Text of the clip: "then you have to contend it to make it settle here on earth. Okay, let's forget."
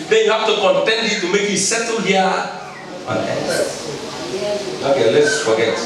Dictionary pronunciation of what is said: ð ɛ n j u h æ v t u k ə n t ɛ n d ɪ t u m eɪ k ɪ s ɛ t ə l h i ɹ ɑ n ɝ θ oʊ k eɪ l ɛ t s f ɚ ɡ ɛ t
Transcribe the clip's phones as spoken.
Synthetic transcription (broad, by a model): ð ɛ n j u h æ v t u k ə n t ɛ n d ɪ t u m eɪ k ɪ s ɛ t ə l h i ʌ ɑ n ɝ s oʊ k eɪ l ɛ t s f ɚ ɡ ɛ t